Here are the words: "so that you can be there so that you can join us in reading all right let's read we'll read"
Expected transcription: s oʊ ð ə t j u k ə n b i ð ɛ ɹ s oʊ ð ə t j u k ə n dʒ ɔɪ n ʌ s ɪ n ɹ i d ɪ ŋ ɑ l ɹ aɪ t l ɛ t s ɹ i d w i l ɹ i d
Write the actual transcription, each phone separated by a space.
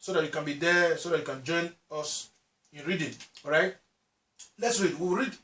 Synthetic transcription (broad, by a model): s oʊ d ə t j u k ə n b i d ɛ s oʊ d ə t j u k ə n dʒ ɔɪ n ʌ s ɪ n ɹ i d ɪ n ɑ ɹ aɪ t l ɛ t s ɹ i d w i w ɹ i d